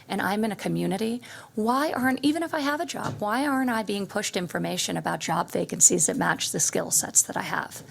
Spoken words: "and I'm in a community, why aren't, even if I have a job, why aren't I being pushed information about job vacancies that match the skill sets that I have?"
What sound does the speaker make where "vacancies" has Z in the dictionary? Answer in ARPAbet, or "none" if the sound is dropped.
Z